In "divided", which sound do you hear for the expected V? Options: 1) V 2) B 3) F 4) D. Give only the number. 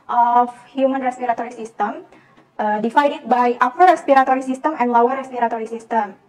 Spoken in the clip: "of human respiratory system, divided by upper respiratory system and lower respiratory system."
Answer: 3